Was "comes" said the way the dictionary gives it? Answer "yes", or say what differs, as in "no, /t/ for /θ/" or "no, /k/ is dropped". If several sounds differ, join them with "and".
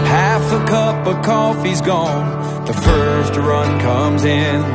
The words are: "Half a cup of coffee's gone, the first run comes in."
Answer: yes